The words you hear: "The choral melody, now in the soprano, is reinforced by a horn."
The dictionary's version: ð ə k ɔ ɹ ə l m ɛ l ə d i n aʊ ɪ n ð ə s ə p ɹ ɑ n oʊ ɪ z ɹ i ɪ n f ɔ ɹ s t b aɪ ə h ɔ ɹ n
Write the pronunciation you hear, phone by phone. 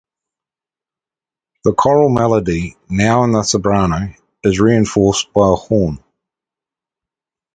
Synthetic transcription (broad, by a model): ð ə k ɔ ɹ ə l m ɛ l ə d i n aʊ ɪ n ð ə s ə b ɹ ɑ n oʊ ɪ z ɹ i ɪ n f ɔ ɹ s b aɪ ə h ɔ n